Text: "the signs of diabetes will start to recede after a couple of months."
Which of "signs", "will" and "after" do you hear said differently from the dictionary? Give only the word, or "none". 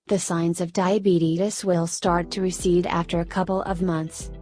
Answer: none